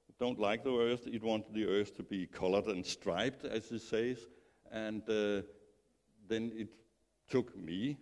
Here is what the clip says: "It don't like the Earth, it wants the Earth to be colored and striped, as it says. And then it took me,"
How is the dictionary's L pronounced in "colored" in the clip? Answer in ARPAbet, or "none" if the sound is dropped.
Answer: L